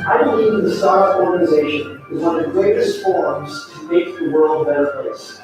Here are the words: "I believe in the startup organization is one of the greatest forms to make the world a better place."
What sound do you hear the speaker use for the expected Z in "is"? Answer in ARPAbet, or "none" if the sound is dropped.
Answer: Z